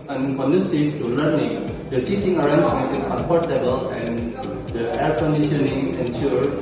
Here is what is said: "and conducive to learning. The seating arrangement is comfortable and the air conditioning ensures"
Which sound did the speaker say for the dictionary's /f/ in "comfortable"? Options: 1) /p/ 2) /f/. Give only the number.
1